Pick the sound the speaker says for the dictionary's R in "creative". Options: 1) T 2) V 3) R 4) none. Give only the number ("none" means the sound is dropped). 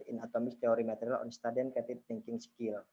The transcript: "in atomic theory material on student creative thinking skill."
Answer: 4